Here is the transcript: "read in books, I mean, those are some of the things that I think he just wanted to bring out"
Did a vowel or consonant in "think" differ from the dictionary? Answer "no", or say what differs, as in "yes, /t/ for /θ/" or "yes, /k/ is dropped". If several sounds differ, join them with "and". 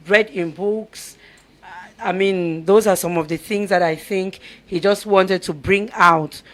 no